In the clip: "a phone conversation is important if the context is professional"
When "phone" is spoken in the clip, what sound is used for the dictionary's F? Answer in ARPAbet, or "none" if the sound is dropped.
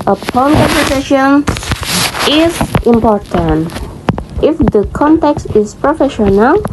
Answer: P